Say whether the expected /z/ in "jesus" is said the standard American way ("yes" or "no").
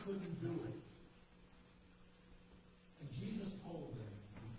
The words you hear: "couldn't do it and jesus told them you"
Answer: yes